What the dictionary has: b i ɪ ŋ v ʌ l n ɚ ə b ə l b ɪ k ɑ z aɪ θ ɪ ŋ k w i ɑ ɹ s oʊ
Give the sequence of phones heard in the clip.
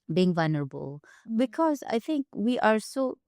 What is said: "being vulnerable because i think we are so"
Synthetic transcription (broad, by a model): b i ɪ ŋ v ʌ l n ɚ ə b ə l b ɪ k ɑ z aɪ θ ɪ ŋ k w i ɑ ɹ s oʊ